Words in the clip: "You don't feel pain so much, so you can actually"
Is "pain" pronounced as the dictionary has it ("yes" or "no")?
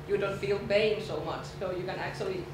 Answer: no